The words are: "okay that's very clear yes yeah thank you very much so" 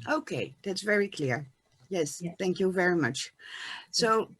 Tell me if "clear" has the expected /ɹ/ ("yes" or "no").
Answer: yes